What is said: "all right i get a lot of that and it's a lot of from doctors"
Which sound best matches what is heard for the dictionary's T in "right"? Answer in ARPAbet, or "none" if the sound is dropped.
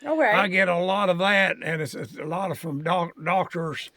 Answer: none